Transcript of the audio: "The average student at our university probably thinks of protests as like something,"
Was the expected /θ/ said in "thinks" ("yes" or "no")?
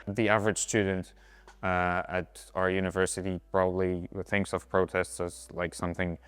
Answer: yes